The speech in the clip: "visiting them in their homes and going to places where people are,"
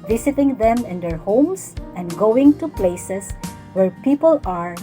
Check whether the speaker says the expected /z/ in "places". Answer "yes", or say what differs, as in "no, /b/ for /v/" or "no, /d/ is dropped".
no, /s/ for /z/